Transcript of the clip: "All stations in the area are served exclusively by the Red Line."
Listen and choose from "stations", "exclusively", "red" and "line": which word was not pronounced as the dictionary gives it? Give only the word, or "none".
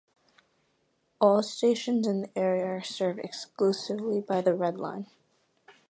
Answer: none